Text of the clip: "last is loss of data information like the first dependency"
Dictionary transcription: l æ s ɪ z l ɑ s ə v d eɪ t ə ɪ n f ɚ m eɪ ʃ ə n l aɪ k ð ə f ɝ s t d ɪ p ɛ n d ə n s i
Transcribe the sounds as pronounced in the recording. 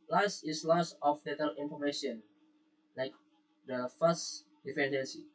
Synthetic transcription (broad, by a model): l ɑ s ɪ s l ɑ s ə f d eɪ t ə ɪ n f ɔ m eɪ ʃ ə n l aɪ k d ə f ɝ s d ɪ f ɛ n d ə n s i